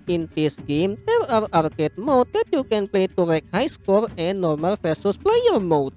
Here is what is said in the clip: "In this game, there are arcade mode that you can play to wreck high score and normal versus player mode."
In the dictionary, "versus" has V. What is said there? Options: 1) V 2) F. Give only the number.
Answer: 2